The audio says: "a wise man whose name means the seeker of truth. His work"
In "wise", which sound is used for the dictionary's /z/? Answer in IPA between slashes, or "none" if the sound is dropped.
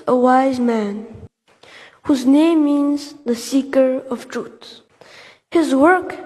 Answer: /z/